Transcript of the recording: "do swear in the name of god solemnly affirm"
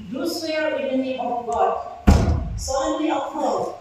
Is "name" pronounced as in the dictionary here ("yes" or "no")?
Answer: no